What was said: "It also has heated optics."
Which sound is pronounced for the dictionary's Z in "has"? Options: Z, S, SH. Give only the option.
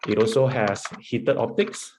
S